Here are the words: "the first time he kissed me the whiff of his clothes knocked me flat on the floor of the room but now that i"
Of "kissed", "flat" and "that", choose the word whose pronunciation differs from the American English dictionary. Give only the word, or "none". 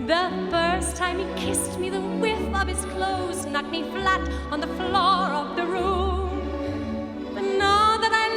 none